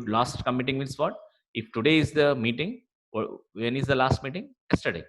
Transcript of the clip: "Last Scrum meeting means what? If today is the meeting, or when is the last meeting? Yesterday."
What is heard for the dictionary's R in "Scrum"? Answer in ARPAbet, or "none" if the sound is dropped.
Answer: none